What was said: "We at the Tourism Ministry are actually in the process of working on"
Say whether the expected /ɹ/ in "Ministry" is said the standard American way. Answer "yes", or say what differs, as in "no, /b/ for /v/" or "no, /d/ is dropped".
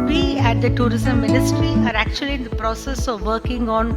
yes